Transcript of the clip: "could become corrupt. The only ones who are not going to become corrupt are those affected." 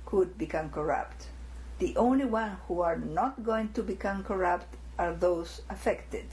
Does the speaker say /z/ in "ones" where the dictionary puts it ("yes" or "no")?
no